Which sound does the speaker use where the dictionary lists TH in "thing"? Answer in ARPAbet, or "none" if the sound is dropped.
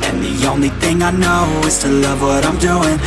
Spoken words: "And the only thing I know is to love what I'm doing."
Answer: TH